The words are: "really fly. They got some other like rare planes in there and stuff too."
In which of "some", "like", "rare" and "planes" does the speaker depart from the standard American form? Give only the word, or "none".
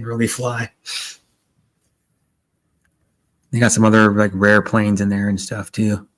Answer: none